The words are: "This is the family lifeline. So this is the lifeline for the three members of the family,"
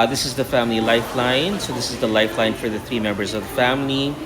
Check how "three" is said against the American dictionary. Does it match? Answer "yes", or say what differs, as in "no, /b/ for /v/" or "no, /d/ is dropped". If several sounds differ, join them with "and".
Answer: yes